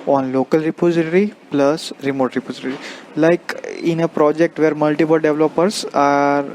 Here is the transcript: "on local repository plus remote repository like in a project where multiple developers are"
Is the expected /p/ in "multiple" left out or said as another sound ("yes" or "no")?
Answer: no